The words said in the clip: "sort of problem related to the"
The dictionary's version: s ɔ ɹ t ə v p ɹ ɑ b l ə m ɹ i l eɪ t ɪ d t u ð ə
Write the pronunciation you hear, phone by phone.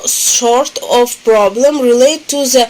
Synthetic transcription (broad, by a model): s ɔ ɹ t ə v p ɹ ɑ b l ə m ɹ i l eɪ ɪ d t u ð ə